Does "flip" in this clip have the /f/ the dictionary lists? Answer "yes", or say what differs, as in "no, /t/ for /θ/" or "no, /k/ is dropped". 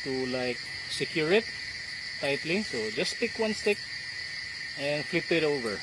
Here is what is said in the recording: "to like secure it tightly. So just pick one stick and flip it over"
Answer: yes